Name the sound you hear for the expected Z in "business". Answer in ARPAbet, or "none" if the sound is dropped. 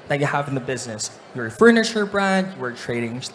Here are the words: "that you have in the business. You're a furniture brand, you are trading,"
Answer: Z